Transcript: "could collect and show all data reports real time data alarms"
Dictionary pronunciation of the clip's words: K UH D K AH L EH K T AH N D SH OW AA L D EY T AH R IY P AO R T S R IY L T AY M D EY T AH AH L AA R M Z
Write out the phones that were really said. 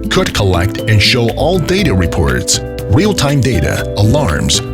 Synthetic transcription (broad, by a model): K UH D K AH L EH K T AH N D SH OW AA L D EY T AH R IY P AO R T S R IY L T AY M D EY T AH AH L AA R M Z